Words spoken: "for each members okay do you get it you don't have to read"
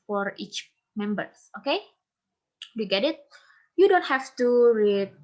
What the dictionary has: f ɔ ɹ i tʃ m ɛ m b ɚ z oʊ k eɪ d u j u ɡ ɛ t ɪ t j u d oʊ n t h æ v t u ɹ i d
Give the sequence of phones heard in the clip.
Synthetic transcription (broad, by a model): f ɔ ɹ i tʃ m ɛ m b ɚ s oʊ k eɪ d u j u ɡ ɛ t ɪ t j u d oʊ n t h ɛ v t u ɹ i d